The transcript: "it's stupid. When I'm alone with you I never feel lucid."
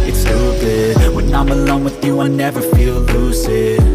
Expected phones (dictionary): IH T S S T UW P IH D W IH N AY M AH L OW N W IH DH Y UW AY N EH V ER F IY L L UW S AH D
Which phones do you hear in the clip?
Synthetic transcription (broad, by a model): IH T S S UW B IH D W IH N AY M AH L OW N W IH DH Y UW AY N EH V ER F IY L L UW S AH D